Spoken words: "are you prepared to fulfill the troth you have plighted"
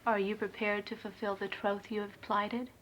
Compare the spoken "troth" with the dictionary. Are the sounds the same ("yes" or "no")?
yes